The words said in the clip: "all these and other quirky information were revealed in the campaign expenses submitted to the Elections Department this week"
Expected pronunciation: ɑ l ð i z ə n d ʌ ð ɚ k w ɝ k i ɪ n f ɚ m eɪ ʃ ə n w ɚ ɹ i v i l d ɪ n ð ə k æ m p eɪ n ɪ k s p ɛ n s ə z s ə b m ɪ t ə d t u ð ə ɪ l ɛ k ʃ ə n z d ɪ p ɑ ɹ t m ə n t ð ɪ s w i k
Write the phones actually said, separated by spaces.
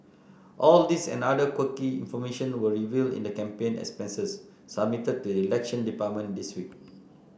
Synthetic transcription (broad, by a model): ɑ l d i s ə n d ʌ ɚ k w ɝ k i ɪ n f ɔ m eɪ ʃ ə n w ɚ ɹ i v i l d ɪ n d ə k æ m p eɪ n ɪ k s p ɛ n s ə s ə b m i t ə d t u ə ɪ l ɛ k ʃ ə n d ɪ p ɑ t m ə n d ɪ s w i k